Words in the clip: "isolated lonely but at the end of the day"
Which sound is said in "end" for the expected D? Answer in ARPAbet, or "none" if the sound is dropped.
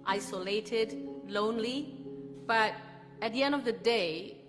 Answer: D